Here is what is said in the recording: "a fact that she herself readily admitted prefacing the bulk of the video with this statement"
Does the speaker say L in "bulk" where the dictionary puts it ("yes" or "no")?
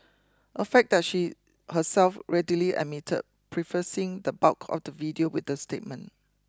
no